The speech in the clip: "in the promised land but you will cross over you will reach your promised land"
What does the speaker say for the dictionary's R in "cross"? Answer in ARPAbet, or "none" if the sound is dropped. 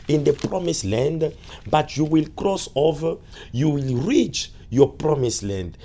R